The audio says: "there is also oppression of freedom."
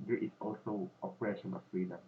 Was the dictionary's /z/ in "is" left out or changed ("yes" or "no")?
yes